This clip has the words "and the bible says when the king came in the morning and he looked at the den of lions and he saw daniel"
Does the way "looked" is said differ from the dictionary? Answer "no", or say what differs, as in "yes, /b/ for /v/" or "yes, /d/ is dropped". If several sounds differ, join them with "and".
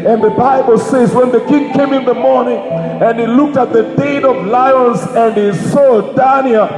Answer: no